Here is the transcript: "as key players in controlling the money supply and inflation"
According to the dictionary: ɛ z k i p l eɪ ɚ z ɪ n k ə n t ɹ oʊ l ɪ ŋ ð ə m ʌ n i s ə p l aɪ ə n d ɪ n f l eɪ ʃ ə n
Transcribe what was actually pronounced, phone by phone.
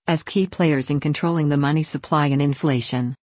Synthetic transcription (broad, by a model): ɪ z k i p l eɪ ɚ z ɪ n k ə n t ɹ oʊ l ɪ ŋ ð ə m ʌ n i s ə p l aɪ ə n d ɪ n f l eɪ ʃ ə n